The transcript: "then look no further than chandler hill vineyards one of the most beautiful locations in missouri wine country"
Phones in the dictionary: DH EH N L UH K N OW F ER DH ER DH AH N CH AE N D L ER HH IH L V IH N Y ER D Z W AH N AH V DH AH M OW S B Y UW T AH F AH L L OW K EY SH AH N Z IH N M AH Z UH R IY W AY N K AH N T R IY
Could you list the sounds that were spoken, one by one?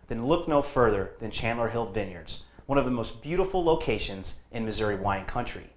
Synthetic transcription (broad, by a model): DH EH N L UH K N OW F ER DH ER DH AH N CH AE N L ER HH IH L V IH N Y ER D Z W AH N AH V DH AH M OW S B Y UW T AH F L L OW K EY SH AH N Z IH N M AH Z UH R IY W AY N K AH N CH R IY